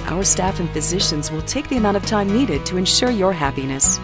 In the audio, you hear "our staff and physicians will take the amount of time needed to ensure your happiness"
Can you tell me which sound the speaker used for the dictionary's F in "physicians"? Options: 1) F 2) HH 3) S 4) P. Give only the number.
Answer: 1